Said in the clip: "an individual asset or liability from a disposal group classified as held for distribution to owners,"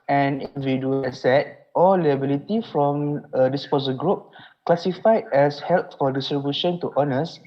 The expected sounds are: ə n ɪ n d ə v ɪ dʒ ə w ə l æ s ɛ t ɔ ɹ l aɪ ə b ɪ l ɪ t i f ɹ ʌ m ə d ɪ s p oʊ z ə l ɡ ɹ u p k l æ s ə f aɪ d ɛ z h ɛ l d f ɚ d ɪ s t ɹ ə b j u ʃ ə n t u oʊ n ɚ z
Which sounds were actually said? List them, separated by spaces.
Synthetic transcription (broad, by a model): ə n n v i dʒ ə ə s ɛ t ɔ l l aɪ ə b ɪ l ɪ t i f ɹ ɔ m ə d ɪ s p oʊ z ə ɡ ɹ u p k l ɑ s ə f aɪ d ɛ s h ɛ l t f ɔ d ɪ s t ɹ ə b j u ʃ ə n t u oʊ n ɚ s